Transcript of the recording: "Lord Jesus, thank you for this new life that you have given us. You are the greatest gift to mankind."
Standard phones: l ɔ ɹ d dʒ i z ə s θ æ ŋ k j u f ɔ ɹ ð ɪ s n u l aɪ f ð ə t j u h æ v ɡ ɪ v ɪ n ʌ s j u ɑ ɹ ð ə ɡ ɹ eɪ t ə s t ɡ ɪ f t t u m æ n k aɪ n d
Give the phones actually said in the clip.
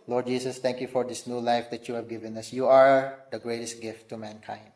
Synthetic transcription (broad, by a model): l ɔ ɹ d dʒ i s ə s t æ ŋ k j u f ɔ ɹ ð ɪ s n u l aɪ f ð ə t j u h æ v ɡ ɪ v ɪ n ʌ s j u ɑ ɹ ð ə ɡ ɹ eɪ t ə s t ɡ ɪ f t t u m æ n k aɪ n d